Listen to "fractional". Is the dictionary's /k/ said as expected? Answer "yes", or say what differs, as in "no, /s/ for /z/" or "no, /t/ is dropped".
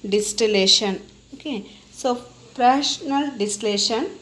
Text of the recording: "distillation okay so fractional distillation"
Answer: no, /k/ is dropped